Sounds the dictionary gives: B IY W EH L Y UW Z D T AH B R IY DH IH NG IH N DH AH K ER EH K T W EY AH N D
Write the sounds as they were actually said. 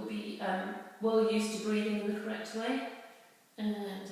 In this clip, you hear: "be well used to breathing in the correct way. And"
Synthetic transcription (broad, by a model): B IY W EH L Y UW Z T AH B R IY DH IH NG IH N DH AH K ER EH K T W EY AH N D